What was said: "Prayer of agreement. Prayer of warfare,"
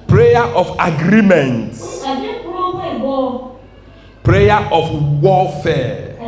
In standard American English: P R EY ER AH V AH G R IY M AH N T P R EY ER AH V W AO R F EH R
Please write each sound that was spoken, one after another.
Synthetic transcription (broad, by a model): P R EY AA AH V AH G R IY M AH N T P R EY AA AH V W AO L F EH